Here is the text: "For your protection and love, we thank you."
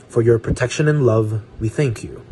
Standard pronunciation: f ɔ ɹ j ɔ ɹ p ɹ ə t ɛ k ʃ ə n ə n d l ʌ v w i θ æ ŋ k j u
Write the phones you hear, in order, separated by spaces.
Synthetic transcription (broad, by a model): f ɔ ɹ j ɔ ɹ p ɹ ə t ɛ k ʃ ə n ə n l ʌ v w i θ æ ŋ k j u